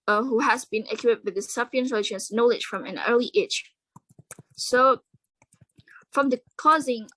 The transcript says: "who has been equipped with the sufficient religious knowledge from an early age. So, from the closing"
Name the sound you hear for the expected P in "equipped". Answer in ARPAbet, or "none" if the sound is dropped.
none